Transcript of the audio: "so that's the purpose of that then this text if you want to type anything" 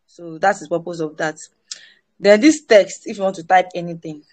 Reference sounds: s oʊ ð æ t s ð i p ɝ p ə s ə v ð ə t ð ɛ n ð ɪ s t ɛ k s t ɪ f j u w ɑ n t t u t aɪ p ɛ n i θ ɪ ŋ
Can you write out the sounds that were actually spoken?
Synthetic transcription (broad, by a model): s oʊ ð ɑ t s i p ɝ p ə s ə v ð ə t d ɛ n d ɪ s t ɛ k s t ɪ f j u w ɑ n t t u t aɪ p ɛ n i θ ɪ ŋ